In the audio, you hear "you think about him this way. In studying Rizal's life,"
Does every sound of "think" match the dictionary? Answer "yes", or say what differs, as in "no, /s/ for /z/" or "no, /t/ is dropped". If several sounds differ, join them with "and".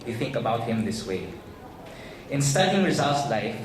yes